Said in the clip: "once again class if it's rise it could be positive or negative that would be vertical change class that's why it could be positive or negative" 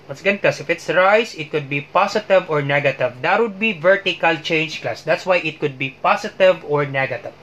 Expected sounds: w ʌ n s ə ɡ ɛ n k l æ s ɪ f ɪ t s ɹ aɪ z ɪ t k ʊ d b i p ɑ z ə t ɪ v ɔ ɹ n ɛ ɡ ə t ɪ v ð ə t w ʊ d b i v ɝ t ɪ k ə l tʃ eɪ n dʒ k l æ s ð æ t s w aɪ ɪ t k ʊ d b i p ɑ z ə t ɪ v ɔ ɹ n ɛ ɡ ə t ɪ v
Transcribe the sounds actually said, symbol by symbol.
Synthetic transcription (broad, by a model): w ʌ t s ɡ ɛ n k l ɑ s ɪ f ɪ t s ɹ aɪ s ɪ t k ʊ d b i p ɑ s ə t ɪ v ɔ ɹ n ɛ ɡ ə t ɪ v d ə t w ʊ d b i v ɝ t ɪ k ə l tʃ eɪ n dʒ k l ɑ s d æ t s w aɪ ɪ t k ʊ d b i p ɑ s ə t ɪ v ɔ ɹ n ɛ ɡ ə t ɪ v